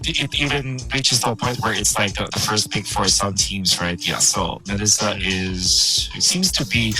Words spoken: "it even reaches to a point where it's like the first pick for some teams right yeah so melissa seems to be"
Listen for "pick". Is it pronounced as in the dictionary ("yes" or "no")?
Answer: no